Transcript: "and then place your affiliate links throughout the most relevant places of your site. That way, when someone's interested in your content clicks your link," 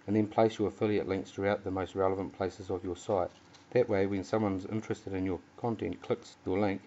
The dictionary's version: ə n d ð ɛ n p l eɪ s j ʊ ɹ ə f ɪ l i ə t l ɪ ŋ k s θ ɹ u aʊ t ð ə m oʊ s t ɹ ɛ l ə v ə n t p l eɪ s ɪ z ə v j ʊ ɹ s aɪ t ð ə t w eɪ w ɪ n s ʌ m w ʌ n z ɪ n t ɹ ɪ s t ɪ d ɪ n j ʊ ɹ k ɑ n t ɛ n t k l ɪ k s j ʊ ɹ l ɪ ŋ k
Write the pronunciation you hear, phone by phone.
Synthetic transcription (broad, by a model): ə n ð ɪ n p l eɪ s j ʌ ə f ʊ l i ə t l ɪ ŋ k θ ɹ u aʊ t ð ə m oʊ s t ɹ ɛ l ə v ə n p l eɪ s ɪ z ə v j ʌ ɹ s aɪ t ð ə t w eɪ w ɪ n s ʌ m w ʌ n z ɪ n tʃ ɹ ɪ s t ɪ d ɪ n j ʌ ɹ k ɑ n t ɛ n k l ɪ k s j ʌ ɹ l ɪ ŋ k